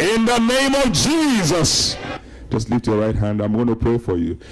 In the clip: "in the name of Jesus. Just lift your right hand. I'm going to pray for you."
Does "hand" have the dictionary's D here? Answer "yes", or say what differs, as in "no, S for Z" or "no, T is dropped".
yes